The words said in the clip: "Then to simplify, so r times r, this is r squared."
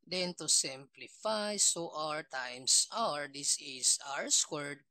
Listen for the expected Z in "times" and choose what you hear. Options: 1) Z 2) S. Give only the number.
2